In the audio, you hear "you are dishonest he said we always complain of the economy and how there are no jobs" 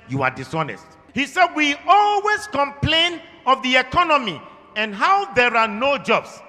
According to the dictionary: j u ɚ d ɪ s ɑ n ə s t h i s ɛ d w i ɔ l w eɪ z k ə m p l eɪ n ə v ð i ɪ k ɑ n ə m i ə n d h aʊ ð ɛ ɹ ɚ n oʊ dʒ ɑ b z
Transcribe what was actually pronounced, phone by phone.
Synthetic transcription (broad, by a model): j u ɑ d ɪ s ɑ n ə s t h i s ɛ d w i ɔ l w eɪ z k ə m p l eɪ n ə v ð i ɪ k ɑ n ə m i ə n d h aʊ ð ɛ ɹ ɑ n oʊ dʒ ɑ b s